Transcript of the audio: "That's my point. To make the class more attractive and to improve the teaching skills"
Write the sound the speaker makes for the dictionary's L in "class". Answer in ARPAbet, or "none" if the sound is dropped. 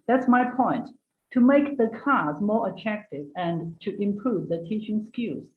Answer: none